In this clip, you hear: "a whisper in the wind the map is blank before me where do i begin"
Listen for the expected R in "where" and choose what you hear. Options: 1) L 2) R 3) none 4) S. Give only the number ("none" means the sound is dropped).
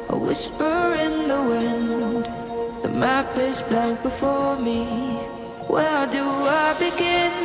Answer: 1